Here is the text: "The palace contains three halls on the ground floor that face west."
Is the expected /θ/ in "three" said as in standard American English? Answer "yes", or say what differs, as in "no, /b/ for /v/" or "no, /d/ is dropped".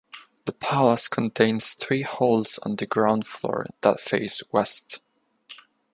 yes